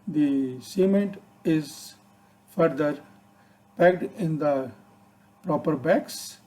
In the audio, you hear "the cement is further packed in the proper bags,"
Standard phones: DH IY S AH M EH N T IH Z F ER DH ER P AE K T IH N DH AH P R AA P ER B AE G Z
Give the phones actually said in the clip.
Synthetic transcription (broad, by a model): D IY S AH M EH N T IH Z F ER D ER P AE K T IH N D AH P R AA P ER B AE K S